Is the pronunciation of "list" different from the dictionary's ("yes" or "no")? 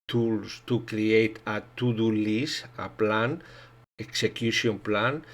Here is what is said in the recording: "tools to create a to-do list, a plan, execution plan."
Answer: yes